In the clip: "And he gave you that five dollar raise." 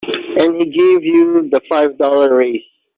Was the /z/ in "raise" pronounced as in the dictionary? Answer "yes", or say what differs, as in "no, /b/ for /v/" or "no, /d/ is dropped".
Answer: no, /s/ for /z/